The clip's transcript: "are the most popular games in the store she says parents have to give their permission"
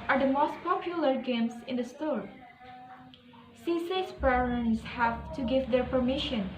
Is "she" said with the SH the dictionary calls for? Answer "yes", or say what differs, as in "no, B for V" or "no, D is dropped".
no, S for SH